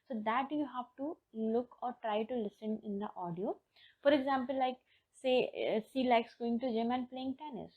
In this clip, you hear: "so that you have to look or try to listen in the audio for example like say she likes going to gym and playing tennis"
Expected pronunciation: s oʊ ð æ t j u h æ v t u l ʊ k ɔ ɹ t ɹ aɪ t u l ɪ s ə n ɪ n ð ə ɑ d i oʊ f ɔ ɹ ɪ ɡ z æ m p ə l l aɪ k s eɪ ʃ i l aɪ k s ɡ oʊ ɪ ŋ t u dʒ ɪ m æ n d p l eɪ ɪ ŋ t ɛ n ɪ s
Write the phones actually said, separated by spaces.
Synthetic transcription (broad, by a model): s oʊ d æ t j u h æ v t u l ʊ k ɔ ɹ t ɹ aɪ t u l ɪ s ə n ɪ n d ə ɑ d i oʊ f ɔ ɹ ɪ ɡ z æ m p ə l l aɪ k s eɪ s i l aɪ k s ɡ oʊ ɪ ŋ t u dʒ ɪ m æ n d p l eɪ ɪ ŋ t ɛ n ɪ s